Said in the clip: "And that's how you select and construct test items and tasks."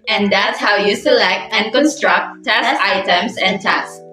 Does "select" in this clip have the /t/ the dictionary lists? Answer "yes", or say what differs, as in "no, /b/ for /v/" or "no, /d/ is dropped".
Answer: yes